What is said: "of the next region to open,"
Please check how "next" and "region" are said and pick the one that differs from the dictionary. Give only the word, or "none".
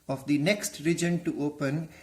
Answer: none